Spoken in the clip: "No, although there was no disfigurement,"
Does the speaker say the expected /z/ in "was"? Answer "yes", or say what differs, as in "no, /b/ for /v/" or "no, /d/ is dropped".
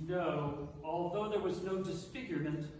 yes